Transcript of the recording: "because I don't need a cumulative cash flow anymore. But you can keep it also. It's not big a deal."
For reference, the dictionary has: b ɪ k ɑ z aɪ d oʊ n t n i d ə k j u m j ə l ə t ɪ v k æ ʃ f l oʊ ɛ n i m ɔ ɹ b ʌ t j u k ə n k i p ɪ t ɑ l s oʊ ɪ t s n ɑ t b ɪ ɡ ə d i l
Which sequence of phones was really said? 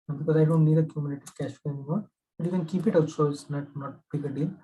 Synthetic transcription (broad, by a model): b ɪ k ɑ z aɪ d oʊ n t n i d ə k j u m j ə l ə t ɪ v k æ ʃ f oʊ ɛ n i m ɔ ɹ b ʌ t j u k ə n k i p ɪ t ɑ s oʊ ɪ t n ɑ t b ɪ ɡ ə d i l